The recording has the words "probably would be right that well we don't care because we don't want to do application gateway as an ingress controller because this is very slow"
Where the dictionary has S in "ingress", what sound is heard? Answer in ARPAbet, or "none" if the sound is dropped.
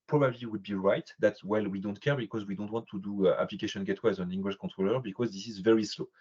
SH